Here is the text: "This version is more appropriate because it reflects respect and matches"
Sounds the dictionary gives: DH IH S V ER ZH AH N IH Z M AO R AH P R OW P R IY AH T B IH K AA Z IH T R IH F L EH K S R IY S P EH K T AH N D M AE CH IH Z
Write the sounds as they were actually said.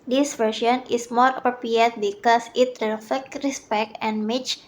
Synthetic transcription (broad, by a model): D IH S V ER S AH N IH S M AO R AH P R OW P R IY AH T B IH K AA S IH T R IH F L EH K R IY S P EH K T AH N M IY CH